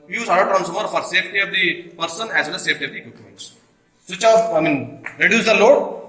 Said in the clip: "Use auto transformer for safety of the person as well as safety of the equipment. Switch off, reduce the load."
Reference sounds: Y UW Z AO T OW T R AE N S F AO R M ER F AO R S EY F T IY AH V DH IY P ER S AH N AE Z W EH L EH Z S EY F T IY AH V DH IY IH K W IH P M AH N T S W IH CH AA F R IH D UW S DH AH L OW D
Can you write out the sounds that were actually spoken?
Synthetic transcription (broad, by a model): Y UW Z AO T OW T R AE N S AO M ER F AO R S EY F T IY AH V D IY P ER S AH N AE Z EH N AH S EY F T IY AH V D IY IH K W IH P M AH N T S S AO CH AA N R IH D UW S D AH L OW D